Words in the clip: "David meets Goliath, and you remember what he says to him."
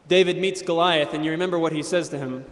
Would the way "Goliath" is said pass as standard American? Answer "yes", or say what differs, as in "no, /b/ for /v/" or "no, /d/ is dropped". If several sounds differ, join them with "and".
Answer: yes